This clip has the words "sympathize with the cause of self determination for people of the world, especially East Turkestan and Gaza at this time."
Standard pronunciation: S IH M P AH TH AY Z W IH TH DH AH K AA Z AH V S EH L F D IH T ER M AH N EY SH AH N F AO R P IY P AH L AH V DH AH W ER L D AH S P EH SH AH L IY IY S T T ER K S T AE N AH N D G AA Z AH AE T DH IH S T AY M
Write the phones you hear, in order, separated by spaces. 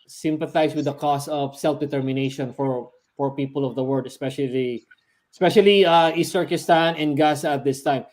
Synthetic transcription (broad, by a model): S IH M P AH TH AY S W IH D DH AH K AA S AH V S EH L F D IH T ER M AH N EY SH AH N F AO R P IY P AH L AH V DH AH W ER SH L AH S P EH SH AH L IY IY S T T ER K S T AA N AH N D G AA S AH T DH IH S T AY M